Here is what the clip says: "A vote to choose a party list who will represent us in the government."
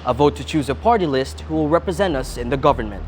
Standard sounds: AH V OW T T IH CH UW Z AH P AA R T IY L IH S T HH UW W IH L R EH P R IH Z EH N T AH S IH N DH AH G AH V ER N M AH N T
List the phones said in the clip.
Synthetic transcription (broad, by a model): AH V OW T T IH CH UW Z AH P AA R T IY L IH S T HH UW W IH L R EH P R IH Z EH N T AH S IH N DH AH G AH V ER N M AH N T